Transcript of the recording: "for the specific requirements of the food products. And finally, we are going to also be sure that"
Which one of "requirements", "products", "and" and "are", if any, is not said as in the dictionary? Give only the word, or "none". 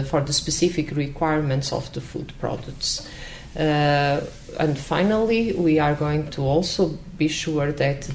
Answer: none